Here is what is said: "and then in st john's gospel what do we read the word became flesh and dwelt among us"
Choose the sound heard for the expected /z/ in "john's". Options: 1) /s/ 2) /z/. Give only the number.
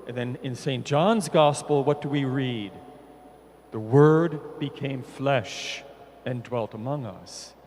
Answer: 2